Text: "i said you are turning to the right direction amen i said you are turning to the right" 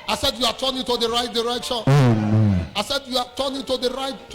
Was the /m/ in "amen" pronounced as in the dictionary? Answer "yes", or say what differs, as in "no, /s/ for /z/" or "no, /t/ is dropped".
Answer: no, /m/ is dropped